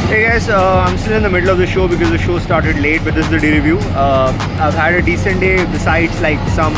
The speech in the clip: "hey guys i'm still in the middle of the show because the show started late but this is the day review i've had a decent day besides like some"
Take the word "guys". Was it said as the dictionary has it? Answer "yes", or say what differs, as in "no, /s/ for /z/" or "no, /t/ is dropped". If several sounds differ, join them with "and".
no, /s/ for /z/